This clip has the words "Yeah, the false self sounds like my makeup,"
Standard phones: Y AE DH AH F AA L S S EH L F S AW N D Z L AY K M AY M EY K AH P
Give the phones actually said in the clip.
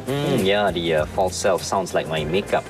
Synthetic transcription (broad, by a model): Y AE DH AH F AA L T S EH L F S AW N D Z L AY K M AY M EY K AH P